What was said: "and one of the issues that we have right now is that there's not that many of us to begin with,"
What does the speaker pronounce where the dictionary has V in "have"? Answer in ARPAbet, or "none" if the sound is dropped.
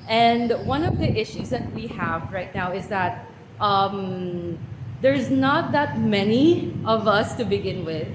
V